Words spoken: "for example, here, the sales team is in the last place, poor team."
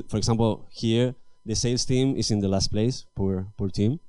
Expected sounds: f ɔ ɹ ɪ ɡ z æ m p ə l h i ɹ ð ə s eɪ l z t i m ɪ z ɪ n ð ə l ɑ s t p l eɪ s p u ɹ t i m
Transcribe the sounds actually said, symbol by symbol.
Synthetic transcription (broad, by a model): f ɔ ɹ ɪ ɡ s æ m p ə l h i ɹ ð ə s eɪ l s t i m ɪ s ɪ n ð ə l ɑ s t p l eɪ s p u ɹ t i m